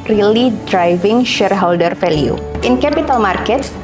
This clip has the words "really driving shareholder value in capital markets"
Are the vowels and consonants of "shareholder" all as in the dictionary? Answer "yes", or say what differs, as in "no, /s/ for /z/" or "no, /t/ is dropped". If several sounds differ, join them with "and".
yes